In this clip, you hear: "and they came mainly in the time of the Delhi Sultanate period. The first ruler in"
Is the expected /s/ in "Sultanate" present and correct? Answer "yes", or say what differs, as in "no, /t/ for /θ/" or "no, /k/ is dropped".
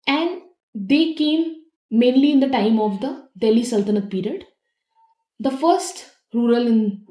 yes